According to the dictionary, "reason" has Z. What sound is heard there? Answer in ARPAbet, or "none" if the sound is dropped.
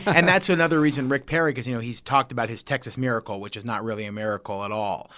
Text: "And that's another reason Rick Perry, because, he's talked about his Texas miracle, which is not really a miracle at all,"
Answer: Z